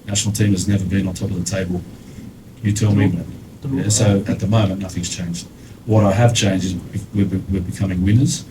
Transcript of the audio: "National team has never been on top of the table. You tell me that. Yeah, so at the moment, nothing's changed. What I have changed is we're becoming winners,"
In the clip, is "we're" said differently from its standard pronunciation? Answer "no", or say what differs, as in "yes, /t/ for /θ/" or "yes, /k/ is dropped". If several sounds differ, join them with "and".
yes, /w/ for /ɹ/